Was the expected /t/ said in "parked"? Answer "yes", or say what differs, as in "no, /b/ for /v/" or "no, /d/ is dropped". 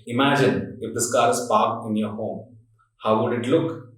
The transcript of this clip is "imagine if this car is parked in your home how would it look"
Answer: no, /t/ is dropped